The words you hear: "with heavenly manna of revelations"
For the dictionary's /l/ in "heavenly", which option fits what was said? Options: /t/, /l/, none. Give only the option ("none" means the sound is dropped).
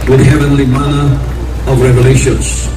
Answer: /l/